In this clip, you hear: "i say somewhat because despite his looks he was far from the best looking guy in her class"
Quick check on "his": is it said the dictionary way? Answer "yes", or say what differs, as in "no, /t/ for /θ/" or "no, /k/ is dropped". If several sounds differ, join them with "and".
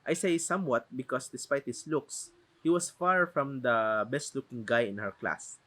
no, /s/ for /z/